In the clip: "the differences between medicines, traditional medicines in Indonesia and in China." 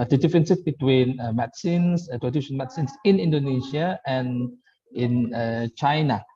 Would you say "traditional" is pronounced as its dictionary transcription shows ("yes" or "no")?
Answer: no